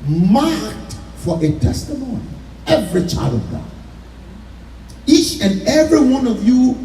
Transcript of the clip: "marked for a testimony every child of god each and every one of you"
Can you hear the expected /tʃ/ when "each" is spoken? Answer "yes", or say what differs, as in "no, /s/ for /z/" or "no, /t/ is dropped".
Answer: yes